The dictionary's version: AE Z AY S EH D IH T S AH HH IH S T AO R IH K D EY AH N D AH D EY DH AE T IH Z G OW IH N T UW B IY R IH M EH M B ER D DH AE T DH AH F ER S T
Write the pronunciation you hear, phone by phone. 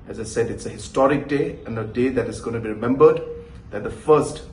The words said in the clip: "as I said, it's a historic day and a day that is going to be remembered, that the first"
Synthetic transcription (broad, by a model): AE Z AY S EH D IH T S AH HH IH S T AO R IH K D EY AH N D AH D EY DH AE T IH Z G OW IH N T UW B IY R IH M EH M B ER D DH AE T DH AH F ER S T